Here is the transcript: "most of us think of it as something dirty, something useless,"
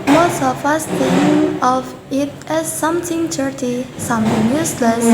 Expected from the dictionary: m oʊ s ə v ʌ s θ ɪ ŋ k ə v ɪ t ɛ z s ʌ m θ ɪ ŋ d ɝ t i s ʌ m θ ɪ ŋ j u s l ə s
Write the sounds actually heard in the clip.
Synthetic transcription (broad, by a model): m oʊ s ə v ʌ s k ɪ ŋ ə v ɪ t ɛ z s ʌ m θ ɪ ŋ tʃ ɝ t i s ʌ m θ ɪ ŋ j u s l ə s